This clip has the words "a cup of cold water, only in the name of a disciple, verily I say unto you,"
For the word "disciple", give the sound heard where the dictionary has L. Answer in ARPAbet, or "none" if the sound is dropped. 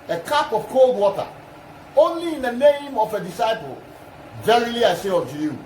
L